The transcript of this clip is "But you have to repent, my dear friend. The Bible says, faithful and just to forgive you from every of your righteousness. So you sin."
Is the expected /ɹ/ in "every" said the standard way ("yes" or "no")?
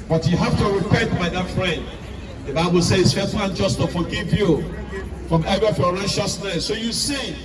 no